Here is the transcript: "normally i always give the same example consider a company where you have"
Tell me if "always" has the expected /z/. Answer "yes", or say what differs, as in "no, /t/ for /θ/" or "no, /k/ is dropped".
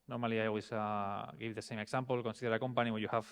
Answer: no, /s/ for /z/